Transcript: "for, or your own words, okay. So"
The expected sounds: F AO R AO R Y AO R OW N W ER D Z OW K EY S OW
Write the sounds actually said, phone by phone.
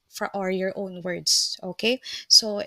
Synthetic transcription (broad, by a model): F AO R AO L Y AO R OW N W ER D S OW K EY S OW